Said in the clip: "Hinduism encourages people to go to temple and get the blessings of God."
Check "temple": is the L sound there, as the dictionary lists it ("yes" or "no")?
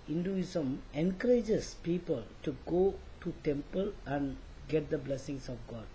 yes